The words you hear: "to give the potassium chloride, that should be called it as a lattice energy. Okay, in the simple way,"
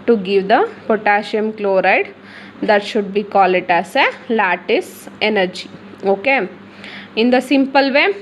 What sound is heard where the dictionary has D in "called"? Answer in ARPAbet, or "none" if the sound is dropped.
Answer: none